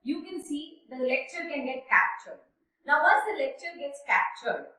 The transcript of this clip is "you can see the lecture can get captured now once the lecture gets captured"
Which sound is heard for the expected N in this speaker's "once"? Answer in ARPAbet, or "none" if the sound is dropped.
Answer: none